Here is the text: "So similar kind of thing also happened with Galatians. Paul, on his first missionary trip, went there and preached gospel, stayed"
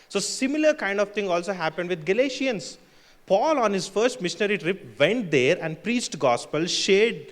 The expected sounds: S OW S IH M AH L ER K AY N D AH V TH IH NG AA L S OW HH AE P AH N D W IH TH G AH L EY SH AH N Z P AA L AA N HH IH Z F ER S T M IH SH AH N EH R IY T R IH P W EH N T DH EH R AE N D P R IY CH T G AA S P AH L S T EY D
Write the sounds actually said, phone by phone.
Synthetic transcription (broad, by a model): S OW S IH M AH L ER K AY N D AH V T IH NG AA L S OW HH AE P AH N D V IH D G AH L EY SH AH N S P AA L AA N HH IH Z F ER S T M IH SH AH N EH R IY T R IH P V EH N T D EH R AE N D P R IY CH T G AA S P AH L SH EY D